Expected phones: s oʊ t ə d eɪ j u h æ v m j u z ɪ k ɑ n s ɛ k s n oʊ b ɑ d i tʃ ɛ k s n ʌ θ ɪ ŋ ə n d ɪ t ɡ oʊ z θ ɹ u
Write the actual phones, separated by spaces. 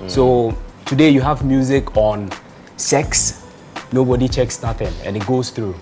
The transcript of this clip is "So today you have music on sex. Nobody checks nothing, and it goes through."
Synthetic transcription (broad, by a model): s oʊ t ə d eɪ j u h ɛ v m j u z ɪ k ɑ n s ɛ k s n oʊ b ɑ d i tʃ ɛ k s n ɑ t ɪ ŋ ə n ɪ t ɡ oʊ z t ɹ u